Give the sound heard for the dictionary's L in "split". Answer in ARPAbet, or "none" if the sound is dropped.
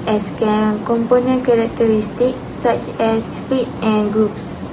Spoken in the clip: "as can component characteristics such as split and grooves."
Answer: none